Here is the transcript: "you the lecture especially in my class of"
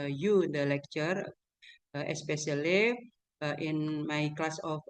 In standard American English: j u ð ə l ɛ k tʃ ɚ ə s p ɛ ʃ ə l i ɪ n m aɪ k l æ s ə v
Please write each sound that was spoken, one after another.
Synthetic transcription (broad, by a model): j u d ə l ɛ k tʃ ɚ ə s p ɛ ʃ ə l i ɪ n m aɪ k l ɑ s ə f